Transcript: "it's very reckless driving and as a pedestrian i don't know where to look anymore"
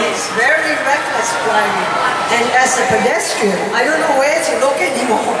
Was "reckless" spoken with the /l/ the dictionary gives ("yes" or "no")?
yes